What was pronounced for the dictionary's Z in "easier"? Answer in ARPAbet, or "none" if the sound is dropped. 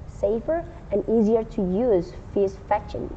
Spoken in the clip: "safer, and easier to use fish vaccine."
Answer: Z